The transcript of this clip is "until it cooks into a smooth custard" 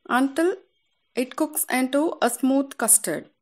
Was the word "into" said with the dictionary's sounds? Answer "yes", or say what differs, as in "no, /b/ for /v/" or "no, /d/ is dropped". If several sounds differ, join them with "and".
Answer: yes